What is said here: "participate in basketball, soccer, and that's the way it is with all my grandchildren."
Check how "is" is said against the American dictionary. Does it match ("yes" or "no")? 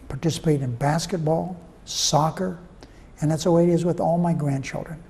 yes